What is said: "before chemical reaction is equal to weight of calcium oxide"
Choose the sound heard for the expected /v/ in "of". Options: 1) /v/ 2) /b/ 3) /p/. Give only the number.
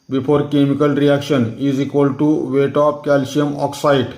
3